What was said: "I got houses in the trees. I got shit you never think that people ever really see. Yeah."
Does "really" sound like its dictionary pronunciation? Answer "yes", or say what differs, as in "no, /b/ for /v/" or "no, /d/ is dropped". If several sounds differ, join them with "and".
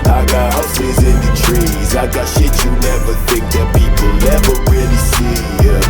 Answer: no, /w/ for /ɹ/